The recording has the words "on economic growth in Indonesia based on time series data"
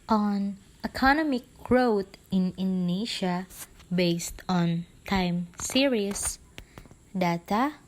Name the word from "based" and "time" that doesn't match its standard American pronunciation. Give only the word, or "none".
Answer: none